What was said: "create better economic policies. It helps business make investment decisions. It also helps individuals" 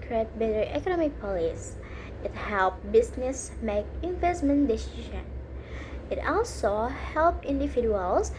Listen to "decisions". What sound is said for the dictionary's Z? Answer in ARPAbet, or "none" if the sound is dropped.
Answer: none